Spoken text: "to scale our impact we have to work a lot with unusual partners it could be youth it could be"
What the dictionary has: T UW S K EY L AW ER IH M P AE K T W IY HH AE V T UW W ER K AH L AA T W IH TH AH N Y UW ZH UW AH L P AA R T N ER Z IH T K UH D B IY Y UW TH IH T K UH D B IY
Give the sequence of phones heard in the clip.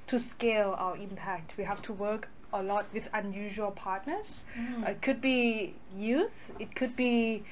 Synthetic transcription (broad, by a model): T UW S K EY L AW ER IH M P AE K T W IY HH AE F T UW W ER K AH L AA T W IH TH AH N Y UW ZH UW AH L P AA T N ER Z IH T K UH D B IY Y UW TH IH T K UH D B IY